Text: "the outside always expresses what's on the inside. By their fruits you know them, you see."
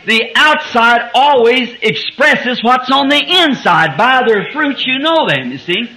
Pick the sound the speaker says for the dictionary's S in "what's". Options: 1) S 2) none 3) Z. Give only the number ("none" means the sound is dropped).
1